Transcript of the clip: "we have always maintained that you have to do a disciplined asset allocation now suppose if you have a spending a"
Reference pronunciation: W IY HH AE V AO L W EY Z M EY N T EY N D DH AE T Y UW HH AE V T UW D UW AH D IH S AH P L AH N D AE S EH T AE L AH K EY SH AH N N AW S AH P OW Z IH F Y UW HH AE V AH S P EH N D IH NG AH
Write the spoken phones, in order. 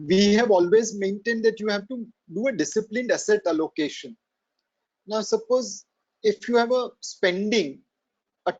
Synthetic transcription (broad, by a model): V IY HH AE V AO L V EY Z M EY N T EY N D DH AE T Y UW HH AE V T UW D UW AH D IH S AH P L AH N D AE S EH T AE L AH K EY SH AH N N AW S AH P OW Z IH F Y UW HH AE V AH S P EH N D IH NG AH